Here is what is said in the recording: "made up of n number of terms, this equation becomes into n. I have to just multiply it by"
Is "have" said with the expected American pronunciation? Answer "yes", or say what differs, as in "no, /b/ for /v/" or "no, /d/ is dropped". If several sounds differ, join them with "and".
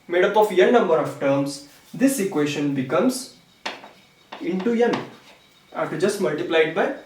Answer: no, /f/ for /v/